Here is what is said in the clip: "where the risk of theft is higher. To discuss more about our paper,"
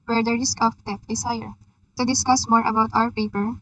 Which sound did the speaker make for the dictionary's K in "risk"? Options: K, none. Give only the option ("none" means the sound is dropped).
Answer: K